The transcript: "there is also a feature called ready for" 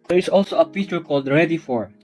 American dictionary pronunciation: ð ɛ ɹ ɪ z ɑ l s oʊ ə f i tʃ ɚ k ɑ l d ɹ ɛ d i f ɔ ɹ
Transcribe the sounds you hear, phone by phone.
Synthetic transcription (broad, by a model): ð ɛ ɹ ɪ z ɑ l s oʊ ə p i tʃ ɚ k ɑ l d ɹ ɛ d i f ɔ ɹ